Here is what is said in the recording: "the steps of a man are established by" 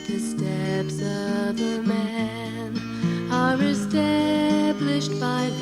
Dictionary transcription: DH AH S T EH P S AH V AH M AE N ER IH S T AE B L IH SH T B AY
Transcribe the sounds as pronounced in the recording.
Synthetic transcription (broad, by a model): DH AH S T EH P S AH V AH M AE N ER IH S T AE B L IH SH T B AY